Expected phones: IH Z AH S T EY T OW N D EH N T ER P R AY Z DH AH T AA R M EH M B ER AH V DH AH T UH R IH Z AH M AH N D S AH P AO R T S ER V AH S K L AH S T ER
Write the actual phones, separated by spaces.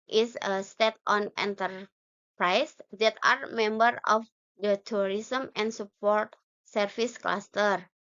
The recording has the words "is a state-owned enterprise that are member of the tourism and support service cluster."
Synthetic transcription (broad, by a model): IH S AH S T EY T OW N EH N T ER P R AY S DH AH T AA R M EH M B ER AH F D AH T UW R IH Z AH M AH N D S AH P AO R T S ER F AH S K L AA S T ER